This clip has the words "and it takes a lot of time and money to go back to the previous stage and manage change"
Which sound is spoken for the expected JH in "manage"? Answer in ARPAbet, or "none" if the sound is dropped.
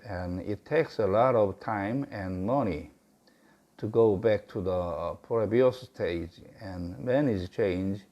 Z